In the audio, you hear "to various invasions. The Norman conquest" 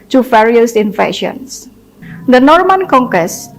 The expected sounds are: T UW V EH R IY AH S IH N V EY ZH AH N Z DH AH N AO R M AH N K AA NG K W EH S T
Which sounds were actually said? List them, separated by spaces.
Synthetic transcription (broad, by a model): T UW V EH R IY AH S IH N F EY SH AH N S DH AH N AO R M AH N K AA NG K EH S